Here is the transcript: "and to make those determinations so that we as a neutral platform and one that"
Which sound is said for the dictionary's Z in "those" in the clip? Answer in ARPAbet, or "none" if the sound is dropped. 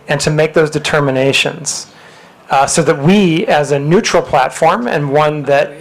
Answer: Z